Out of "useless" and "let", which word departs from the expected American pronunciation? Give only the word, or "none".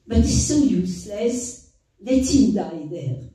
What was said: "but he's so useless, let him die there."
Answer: none